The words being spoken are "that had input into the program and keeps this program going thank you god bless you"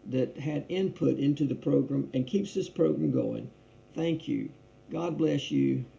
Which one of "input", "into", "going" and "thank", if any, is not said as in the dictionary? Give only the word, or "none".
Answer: none